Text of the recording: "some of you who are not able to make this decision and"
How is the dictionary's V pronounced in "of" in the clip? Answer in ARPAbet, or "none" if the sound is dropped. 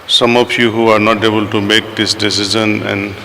P